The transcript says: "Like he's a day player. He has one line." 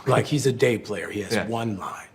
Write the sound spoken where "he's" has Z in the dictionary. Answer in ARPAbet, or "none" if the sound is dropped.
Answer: Z